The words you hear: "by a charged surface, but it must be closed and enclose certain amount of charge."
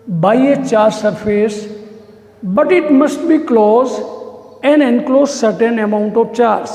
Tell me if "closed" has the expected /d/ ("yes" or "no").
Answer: no